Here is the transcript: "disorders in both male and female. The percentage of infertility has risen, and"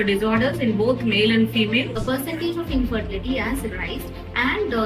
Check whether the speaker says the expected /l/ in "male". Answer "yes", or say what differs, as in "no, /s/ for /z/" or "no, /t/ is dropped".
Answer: yes